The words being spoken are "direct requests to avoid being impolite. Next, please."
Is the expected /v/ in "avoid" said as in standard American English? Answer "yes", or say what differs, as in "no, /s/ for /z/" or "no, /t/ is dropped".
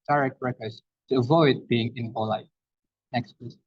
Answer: yes